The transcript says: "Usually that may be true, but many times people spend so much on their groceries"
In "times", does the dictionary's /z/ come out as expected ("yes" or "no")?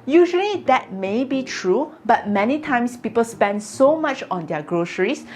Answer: no